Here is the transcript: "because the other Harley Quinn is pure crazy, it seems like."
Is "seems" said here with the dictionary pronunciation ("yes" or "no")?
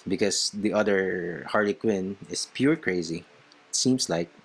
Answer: no